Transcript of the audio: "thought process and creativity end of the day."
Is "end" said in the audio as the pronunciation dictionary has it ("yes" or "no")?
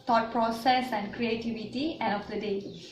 no